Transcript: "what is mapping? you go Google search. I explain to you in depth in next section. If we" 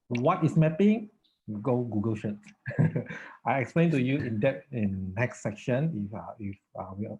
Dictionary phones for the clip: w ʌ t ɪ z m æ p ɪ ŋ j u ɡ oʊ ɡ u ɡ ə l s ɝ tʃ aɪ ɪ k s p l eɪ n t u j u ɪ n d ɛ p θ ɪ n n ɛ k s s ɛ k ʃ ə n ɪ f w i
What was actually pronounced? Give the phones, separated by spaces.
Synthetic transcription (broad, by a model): w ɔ t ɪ s m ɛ p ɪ ŋ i ɡ oʊ ɡ u ɡ ə l ʃ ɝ s aɪ ɪ k s p l eɪ n t u j u ɪ n d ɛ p ɪ n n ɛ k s s ɛ k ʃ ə n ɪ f w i